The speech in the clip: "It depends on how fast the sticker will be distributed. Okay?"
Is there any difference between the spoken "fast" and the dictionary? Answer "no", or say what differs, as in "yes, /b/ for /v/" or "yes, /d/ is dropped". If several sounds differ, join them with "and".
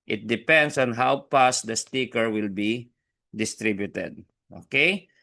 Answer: yes, /p/ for /f/